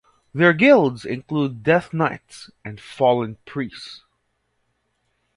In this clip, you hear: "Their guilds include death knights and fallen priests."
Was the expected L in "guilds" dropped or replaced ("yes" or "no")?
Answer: no